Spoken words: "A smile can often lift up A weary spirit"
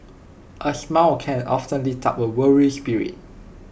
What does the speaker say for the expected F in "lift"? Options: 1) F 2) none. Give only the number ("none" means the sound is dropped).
2